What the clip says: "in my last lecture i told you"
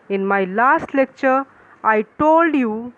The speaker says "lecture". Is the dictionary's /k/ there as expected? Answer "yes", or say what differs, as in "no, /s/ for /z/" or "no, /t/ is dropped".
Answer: yes